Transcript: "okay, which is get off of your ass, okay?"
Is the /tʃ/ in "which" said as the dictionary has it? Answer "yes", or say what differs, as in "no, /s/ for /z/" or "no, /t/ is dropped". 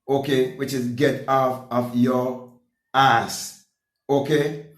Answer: yes